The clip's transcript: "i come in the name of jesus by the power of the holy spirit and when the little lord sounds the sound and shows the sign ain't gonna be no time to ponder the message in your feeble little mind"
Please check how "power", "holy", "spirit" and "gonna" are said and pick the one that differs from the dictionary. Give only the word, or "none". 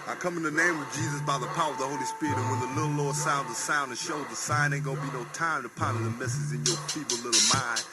gonna